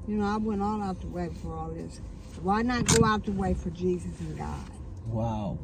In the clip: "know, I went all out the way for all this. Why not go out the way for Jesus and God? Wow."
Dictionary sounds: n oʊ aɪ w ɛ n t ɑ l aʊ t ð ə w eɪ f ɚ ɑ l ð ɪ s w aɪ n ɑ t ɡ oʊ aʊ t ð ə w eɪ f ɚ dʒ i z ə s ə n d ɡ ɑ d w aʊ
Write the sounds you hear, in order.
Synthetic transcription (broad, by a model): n oʊ aɪ w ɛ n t ɑ l aʊ t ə w eɪ f ɚ ɑ l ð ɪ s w aɪ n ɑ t ɡ oʊ aʊ t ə w eɪ f ɚ dʒ i z ə s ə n ɡ ɑ d w aʊ